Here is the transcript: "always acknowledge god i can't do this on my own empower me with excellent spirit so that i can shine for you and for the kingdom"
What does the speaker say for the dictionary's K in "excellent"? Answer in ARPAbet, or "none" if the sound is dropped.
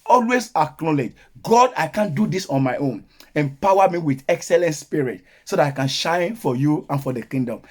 K